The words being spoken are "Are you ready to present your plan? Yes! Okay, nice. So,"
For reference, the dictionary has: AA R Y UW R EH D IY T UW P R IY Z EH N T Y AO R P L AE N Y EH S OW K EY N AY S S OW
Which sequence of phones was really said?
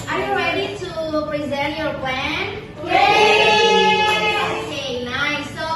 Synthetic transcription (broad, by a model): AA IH Y UW R EH D IY T UW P R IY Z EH T Y AO R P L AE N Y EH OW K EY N AY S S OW